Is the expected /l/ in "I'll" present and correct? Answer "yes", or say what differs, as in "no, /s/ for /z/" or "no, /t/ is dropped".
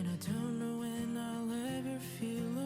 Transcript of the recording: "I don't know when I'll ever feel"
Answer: yes